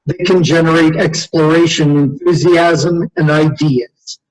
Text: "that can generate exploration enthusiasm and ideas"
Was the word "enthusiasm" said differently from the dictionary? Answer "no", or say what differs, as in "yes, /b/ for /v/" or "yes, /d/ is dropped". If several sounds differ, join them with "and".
no